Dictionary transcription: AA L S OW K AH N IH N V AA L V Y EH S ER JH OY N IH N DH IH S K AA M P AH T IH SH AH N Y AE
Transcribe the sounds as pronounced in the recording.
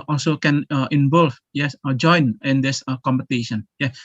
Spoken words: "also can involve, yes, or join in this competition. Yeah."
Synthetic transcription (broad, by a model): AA L S OW K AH N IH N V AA L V Y EH S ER JH OY N IH N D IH S K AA M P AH T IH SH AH N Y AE